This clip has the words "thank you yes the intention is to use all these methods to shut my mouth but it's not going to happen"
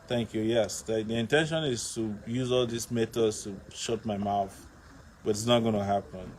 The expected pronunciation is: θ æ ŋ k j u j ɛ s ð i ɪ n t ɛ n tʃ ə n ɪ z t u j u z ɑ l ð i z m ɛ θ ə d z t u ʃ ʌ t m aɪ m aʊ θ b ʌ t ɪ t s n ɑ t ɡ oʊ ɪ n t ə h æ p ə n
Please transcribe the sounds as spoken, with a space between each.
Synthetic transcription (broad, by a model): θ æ ŋ k j u j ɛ s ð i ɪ n t ɛ n ʃ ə n ɪ z t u j u z ɑ l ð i s m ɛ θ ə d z t u ʃ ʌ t m aɪ m aʊ θ b ʌ t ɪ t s n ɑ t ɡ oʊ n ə h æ p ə n